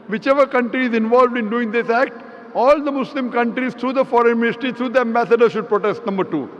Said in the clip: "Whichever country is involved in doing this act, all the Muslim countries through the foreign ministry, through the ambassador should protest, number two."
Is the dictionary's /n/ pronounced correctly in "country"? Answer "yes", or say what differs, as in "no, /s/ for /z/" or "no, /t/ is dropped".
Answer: yes